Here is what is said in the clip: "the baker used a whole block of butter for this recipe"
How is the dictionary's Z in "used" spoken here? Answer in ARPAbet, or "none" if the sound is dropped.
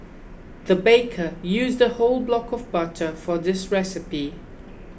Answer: Z